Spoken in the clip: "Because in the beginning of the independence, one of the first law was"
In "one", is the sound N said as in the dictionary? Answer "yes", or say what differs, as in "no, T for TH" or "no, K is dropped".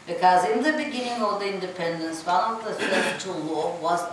no, L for N